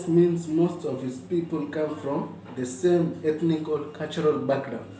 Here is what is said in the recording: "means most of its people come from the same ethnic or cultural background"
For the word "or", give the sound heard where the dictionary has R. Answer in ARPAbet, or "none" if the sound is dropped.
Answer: L